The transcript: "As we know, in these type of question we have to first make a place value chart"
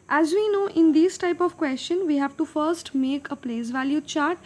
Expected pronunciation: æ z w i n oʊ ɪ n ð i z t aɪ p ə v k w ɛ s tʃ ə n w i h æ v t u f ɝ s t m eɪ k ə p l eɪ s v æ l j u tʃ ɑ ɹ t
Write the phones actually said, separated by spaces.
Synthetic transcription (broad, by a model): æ z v i n oʊ ɪ n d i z t aɪ p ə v k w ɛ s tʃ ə n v i h æ v t u f ɝ s t m eɪ k ə p l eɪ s v æ l j u tʃ ɑ ɹ t